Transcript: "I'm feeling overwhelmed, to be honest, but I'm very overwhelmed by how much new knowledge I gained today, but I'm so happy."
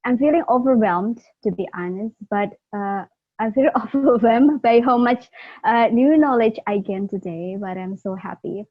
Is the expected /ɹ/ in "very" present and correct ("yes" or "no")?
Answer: no